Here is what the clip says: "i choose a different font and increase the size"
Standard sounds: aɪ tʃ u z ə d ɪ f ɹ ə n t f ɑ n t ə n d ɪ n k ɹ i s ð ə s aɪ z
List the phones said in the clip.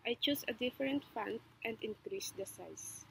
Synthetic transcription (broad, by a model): aɪ tʃ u s ə d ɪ f ɹ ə n t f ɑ n t ə n d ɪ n k ɹ i s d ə s aɪ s